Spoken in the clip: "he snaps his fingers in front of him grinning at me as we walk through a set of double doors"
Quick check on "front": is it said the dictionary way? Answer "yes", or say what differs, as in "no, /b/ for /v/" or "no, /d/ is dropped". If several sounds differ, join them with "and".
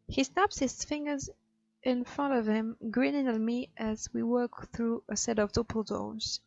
yes